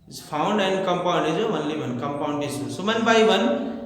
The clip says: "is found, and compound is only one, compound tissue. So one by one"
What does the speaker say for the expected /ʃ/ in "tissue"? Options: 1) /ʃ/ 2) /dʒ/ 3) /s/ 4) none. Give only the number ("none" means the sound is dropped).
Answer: 3